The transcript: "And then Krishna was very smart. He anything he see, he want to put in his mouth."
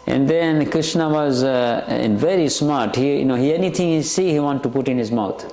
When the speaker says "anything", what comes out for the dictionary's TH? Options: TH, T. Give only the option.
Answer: T